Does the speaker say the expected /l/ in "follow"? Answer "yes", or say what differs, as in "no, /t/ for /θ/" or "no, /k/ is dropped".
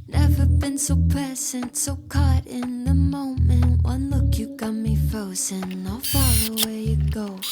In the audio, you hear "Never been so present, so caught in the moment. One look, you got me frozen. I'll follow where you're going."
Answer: no, /l/ is dropped